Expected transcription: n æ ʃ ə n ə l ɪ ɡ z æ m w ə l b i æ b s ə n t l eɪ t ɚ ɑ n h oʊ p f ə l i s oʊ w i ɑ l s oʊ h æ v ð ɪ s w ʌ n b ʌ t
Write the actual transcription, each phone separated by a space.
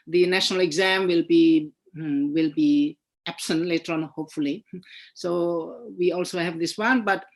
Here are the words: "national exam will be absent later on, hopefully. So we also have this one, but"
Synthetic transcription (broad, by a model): n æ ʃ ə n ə l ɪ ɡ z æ m w ə l b i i b s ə n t l eɪ t ɚ ɑ n h oʊ p f ə l i s oʊ w i ɑ l s oʊ h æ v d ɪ s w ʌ n b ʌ t